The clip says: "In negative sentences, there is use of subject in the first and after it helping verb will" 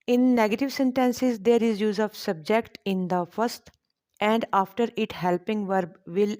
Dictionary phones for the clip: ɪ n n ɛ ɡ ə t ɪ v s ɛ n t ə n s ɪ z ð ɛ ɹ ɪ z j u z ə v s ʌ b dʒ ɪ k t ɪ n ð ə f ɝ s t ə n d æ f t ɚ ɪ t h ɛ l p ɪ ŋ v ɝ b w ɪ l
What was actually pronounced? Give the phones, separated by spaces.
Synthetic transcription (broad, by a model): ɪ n n ɛ ɡ ə t ɪ v s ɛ n t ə n s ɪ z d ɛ ɹ ɪ z j u z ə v s ʌ b dʒ ɪ k t ɪ n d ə f ɝ s t ə n d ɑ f t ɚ ɪ t h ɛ l p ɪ ŋ v ɝ b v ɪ l